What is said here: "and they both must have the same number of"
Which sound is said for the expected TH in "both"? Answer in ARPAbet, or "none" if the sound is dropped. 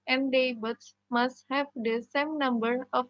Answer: S